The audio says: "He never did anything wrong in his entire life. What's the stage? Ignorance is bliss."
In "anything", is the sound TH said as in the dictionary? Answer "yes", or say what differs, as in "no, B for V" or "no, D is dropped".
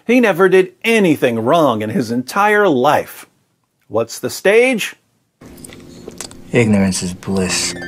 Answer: yes